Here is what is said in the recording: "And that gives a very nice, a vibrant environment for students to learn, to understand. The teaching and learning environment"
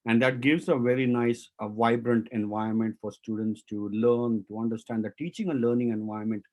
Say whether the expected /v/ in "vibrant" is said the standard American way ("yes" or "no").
yes